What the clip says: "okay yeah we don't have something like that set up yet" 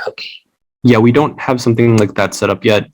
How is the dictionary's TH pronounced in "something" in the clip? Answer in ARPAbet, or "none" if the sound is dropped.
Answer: TH